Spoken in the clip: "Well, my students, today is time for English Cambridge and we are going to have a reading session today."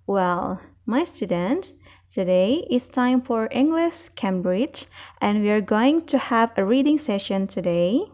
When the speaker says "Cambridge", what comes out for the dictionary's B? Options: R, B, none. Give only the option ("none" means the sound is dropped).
B